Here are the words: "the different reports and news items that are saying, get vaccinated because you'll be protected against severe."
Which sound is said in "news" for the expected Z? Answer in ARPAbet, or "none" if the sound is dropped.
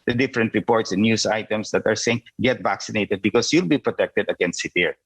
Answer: S